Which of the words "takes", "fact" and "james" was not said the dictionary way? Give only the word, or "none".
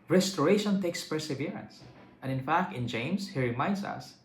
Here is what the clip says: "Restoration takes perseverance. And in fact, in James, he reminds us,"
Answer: james